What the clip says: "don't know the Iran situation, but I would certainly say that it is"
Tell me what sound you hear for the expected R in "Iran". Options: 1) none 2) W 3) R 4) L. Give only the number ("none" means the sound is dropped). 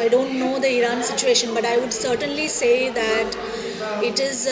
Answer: 3